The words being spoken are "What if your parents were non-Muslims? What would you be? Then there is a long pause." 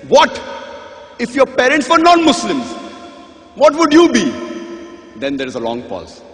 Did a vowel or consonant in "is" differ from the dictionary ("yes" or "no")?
no